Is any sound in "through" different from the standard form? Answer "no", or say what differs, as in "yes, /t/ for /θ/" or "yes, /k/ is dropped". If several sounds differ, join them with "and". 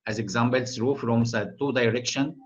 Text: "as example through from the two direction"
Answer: yes, /s/ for /θ/